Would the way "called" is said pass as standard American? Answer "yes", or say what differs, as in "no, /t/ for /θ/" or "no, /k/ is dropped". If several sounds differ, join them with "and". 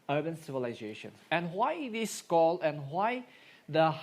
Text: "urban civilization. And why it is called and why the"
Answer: no, /d/ is dropped